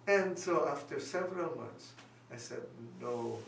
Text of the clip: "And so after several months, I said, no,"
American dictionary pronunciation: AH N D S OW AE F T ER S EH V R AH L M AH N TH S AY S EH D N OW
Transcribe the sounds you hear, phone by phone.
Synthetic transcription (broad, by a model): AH N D S OW AE F T ER S EH V R AH L M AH N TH S AY S EH D N OW